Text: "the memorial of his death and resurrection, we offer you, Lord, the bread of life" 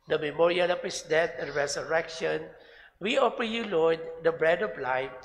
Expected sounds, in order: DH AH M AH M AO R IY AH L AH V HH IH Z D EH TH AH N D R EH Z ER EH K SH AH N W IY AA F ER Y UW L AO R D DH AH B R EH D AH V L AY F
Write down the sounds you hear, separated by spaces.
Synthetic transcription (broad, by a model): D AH M AH M AO R IY AH L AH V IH S D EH T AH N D R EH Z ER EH K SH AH N W IY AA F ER Y UW L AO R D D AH B R EH D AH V L AY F